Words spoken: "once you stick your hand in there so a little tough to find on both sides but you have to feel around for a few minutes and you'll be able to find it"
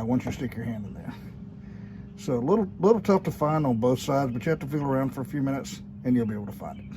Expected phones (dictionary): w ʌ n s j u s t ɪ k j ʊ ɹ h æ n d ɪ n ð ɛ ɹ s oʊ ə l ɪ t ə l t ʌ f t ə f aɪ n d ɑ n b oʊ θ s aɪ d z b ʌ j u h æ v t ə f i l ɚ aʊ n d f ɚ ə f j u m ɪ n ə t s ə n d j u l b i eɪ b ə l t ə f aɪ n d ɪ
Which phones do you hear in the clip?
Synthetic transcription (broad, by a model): w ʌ n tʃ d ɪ s t ɪ k j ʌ ɹ h æ n d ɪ n ð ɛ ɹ s oʊ ə l ɪ t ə l t ʌ f t ə f aɪ n d n b oʊ θ s aɪ d z b ʌ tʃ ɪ h æ f t ə f i l ɚ aʊ n d f ɚ ə f j u m ɪ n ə t s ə n j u l b i eɪ ə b t ə f aɪ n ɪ